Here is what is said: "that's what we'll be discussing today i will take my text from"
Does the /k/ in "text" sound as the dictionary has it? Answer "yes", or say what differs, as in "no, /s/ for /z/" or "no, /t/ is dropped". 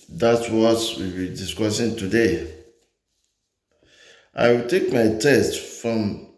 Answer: no, /k/ is dropped